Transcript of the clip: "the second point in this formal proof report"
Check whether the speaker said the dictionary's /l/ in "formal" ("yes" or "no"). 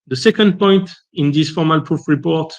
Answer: yes